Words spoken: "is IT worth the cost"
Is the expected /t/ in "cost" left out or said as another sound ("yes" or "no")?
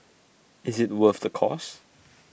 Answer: yes